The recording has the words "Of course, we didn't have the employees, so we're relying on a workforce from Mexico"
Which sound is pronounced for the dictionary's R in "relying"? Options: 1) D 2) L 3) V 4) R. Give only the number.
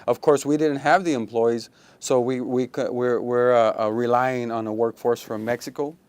4